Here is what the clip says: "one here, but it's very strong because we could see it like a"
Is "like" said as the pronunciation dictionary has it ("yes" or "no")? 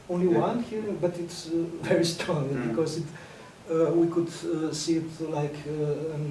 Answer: yes